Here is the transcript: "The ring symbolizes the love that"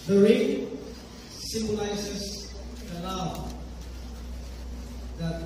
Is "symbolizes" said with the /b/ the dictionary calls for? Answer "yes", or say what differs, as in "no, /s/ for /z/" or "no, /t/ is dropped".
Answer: no, /b/ is dropped